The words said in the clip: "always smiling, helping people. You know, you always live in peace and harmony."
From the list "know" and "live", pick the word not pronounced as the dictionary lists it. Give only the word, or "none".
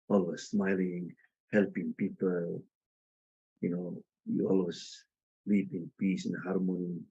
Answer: live